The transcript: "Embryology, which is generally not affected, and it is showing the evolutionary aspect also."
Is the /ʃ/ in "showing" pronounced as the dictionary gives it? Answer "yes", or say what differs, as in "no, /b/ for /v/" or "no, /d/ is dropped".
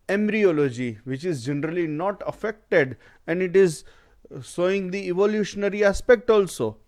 no, /s/ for /ʃ/